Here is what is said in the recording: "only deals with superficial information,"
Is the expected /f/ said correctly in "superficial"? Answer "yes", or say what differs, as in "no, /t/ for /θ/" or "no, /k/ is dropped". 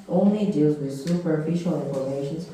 yes